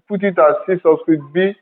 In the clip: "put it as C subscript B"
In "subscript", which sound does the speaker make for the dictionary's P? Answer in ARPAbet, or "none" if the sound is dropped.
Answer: none